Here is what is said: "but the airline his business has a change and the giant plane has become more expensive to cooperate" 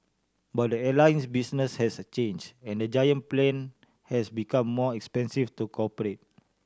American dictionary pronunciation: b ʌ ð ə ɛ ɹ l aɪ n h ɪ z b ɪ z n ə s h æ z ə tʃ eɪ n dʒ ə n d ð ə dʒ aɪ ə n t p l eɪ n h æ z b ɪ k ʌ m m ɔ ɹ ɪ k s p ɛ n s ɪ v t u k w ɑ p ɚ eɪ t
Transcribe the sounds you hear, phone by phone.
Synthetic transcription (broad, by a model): b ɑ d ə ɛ l aɪ n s b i s n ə s h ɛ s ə tʃ eɪ n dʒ ə n d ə dʒ aɪ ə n p l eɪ n h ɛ s b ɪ k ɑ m m ɔ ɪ k s p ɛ n s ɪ f t u k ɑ p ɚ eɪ t